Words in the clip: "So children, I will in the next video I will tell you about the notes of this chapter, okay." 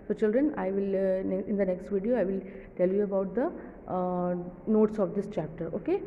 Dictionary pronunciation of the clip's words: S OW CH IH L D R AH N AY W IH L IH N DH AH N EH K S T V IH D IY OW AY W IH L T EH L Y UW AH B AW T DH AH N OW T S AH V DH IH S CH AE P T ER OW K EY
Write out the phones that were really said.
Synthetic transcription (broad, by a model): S OW CH IH L D R AH N AY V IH L IH N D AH N EH K S T V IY D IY OW AY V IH L T EH L Y UW AH B AW T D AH N OW T S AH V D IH S CH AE P T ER OW K EY